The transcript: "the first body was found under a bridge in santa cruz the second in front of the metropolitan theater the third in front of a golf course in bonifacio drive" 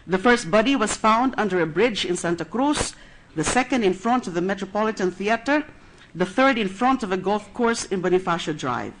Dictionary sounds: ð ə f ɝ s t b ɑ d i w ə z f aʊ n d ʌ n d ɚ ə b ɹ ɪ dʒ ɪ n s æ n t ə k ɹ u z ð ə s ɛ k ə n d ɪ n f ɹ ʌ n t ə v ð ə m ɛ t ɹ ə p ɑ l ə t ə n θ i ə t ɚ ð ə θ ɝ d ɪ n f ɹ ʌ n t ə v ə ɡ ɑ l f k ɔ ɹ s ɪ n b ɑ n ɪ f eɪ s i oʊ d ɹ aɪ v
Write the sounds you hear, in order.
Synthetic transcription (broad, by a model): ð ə f ɝ s t b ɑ d i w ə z f aʊ n d ʌ n d ɚ ə b ɹ ɪ dʒ ɪ n s æ n t ə k ɹ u s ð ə s ɛ k ə n d ɪ n f ɹ ʌ n t ə v ð ə m ɛ t ɹ ə p ɑ l ə t ə n θ i ə t ɚ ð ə θ ɝ d ɪ n f ɹ ʌ n t ə v ə ɡ ɑ l f k ɔ ɹ s ɪ n b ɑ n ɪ f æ ʃ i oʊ d ɹ aɪ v